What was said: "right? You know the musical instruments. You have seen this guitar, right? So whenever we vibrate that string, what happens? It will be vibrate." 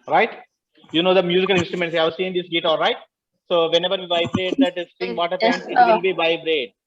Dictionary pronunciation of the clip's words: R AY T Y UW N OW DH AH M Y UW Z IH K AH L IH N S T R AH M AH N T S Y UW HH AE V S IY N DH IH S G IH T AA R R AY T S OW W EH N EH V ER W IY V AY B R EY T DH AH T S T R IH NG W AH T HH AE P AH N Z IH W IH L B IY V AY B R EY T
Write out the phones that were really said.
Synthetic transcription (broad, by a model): R AY T Y UW N OW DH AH M Y UW Z IH K AH L IH N S T R AH M AH N T S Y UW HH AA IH S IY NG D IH S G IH T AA L R AY T S OW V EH N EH V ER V IY V AY B R EY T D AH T S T IH NG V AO T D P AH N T IH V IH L B IY V AY B R EY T